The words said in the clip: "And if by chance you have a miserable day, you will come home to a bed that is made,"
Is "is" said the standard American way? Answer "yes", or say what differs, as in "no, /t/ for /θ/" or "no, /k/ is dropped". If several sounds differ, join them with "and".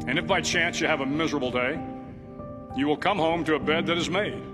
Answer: yes